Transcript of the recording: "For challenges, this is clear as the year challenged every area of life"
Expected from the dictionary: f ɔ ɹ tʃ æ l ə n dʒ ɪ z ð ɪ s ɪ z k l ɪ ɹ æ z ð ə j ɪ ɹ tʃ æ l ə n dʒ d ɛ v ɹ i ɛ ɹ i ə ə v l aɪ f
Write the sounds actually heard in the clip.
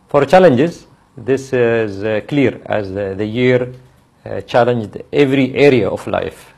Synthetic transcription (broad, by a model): f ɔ ɹ tʃ æ l ə n dʒ ɪ z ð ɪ s ɪ z k l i ɹ æ z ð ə j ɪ ɹ tʃ æ l ə n dʒ d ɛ v ɹ i ɛ ɹ i ə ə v l aɪ f